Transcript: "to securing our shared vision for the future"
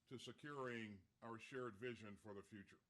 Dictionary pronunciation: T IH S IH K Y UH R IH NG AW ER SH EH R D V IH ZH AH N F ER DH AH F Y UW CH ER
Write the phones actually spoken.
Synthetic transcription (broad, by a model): T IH S IH K Y UH R IH NG AW ER SH EH R D V IH ZH AH N F ER DH AH F Y UW CH ER